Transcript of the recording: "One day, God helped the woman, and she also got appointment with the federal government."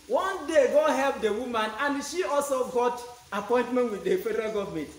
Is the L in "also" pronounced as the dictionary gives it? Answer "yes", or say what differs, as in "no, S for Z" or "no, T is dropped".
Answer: yes